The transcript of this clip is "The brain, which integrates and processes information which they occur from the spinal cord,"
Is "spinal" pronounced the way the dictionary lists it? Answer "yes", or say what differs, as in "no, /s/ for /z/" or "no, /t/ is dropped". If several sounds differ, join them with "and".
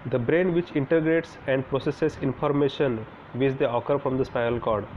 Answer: no, /n/ is dropped